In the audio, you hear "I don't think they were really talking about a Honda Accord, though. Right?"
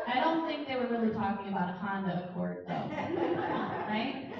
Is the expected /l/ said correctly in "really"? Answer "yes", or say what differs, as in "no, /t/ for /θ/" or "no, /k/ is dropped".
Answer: yes